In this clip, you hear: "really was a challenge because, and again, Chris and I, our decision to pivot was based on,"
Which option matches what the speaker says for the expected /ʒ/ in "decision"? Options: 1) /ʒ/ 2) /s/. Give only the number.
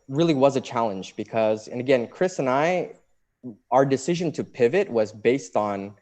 1